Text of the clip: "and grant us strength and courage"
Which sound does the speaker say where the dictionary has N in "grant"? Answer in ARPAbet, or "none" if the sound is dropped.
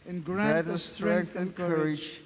none